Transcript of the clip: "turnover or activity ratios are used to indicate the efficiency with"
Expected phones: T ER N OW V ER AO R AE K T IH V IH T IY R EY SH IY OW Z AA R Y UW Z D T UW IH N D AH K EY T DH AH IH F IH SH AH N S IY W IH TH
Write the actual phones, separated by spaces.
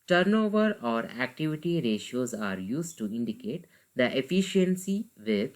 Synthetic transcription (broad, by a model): T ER N OW V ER AO R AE K T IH V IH T IY R EY SH IY OW Z AA R Y UW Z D T UW IH N D AH K EY T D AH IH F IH SH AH N S IY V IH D